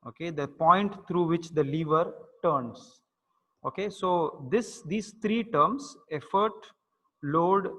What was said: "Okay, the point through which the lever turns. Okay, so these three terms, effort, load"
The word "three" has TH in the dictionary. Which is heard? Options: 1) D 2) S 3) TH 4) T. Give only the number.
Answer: 4